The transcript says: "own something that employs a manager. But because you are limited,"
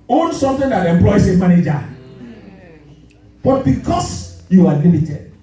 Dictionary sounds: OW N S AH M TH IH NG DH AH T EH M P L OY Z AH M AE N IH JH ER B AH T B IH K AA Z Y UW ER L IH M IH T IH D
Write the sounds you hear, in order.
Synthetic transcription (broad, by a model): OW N S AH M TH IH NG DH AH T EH M P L OY S AH M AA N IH JH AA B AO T B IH K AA S Y UW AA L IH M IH T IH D